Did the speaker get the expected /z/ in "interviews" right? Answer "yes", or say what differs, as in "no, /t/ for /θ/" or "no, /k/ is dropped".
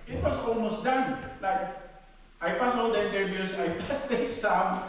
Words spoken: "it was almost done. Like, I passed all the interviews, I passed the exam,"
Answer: no, /s/ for /z/